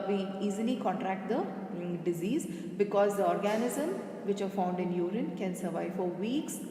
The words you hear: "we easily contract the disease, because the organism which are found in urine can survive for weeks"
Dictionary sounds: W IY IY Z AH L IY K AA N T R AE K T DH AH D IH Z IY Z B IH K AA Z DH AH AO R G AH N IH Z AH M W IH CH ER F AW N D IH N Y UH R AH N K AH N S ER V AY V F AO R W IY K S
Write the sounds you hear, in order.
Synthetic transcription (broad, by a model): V IY IY Z AH L IY K AA N T R AE K T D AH D IH Z IY Z B IH K AA Z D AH AO R G AH N IH Z AH M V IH CH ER F AW N D IH N Y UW R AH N K AH N S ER V AY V F AO R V IY K S